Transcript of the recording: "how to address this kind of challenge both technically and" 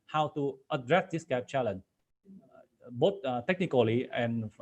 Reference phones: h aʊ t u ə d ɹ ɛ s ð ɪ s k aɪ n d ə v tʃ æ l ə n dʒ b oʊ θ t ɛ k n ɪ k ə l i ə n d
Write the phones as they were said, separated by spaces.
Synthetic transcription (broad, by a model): h aʊ t u ə d ɹ ɛ s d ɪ s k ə p tʃ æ l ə n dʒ b oʊ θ t ɛ k n ɪ k ə l i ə n